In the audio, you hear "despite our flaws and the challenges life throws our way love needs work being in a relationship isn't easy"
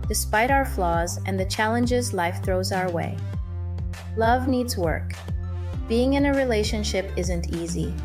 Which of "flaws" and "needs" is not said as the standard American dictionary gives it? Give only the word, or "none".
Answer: none